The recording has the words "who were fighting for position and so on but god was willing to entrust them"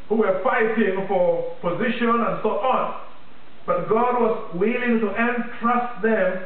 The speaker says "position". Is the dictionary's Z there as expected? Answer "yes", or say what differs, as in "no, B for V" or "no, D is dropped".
yes